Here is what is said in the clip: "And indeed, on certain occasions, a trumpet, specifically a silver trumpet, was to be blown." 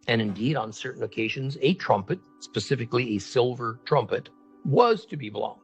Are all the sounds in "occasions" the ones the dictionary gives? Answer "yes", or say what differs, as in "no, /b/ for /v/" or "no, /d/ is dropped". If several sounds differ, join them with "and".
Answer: yes